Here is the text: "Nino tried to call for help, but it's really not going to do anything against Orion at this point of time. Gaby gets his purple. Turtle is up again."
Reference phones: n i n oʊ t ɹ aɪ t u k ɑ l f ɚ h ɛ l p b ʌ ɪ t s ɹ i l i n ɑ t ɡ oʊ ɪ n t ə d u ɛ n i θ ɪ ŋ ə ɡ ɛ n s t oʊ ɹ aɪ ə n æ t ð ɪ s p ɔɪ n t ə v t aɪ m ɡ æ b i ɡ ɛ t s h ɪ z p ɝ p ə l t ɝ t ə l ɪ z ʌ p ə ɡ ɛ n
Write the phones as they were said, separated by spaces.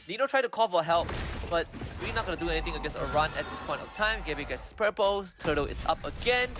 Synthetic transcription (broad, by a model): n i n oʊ t ɹ aɪ t u k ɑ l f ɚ h ɛ l p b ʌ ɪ t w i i n ɑ t ɡ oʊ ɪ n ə d u ɛ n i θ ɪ ŋ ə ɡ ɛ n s oʊ ɹ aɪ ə n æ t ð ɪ s p ɔɪ n t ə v t aɪ m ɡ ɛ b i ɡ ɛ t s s p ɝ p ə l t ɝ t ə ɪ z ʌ p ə ɡ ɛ n